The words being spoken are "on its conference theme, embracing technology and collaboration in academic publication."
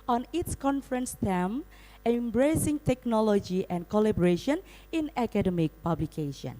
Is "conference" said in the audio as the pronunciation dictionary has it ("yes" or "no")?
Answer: yes